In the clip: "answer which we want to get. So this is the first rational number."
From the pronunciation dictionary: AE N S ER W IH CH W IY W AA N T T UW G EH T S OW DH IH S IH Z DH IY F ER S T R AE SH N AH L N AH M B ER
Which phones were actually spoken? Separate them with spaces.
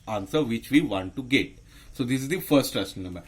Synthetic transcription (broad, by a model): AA N S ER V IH CH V IY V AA N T T UW G EH T S OW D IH S IH Z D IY F ER S T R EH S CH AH N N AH M B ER